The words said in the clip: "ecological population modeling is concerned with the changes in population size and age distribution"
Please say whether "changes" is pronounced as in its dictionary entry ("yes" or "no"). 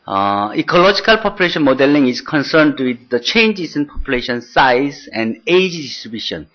no